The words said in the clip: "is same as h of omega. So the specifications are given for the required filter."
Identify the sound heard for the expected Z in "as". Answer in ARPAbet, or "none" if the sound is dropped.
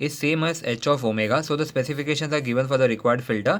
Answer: S